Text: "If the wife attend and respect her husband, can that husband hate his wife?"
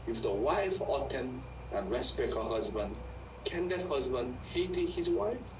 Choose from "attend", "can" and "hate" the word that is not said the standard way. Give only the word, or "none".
attend